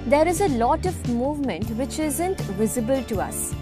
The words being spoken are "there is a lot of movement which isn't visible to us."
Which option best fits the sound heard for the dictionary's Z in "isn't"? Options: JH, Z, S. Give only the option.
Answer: Z